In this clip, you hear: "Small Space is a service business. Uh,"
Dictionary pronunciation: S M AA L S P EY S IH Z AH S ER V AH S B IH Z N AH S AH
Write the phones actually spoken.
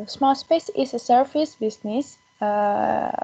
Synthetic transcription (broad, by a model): S M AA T S P EY S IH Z AH S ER F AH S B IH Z N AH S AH